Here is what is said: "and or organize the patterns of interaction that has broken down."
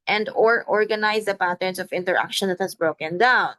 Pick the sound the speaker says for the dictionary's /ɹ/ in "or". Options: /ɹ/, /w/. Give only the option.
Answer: /ɹ/